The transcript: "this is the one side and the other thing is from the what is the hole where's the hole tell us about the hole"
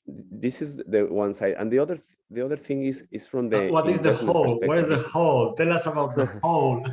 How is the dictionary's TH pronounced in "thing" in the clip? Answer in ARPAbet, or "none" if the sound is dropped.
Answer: TH